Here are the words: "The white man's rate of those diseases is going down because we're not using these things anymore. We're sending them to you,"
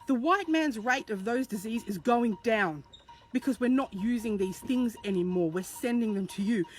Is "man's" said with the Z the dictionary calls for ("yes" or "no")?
yes